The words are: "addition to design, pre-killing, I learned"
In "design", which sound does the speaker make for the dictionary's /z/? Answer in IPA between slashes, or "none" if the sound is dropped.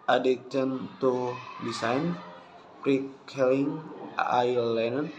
/s/